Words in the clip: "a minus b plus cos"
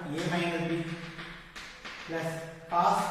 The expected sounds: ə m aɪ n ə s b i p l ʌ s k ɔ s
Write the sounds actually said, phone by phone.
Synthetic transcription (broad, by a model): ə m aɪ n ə b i p l ʌ s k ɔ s